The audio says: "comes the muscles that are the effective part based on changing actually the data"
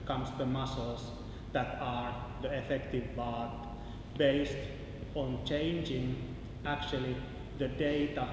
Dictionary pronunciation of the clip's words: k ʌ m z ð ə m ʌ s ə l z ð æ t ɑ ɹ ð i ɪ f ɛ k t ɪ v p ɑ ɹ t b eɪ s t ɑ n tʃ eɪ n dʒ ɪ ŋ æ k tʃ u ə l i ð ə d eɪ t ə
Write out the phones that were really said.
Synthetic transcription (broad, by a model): k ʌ m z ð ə m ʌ s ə l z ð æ t ɑ ɹ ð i ɪ f ɛ k t ɪ v b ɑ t b eɪ s t ɑ n tʃ eɪ n dʒ ɪ ŋ æ k tʃ u ə l i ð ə d eɪ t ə